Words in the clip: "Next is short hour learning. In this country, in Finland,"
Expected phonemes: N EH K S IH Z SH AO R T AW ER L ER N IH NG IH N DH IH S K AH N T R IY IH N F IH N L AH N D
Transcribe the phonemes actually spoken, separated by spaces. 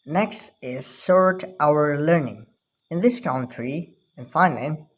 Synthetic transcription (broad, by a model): N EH K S IH Z S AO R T AW ER L ER N IH NG IH N DH IH S K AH N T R IY IH N F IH N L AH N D